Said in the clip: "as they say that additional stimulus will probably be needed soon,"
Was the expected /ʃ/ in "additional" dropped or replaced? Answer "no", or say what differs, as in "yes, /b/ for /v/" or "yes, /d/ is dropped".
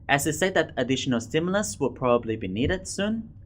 no